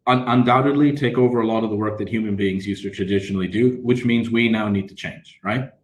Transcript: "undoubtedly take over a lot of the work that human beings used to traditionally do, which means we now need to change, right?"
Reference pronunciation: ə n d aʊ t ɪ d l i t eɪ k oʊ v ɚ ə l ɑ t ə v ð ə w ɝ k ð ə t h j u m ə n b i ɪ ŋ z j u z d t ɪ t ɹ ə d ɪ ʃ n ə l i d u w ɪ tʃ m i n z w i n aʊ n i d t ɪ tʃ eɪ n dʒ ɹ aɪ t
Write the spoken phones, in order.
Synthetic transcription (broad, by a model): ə n d aʊ t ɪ d l i t eɪ k oʊ v ɚ ə l ɑ t ə v ð ə w ɝ k ð ə t h j u m ə n b i ɪ ŋ z j u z t ɪ t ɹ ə d ɪ ʃ n l i d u w ɪ tʃ m i n z w i n aʊ n i d t ɪ tʃ eɪ n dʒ ɹ aɪ t